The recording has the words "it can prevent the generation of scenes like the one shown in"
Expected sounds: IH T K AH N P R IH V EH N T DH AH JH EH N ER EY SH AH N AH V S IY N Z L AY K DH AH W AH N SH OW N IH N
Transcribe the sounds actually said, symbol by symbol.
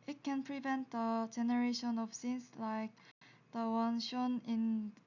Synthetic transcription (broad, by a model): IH T K AH N P R IH V EH N T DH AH JH EH N ER EY SH AH N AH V S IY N S L AY K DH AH W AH N SH OW N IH N